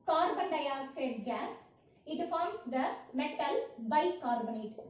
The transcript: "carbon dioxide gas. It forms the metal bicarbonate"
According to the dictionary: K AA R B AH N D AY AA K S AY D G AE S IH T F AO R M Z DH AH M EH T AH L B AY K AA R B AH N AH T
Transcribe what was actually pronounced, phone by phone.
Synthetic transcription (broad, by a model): K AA R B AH N D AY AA S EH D G AE S IH T F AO R M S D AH M EH T AH L B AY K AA R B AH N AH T